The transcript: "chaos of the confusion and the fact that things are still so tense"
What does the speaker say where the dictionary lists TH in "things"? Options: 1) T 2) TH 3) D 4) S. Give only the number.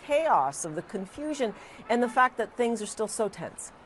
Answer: 2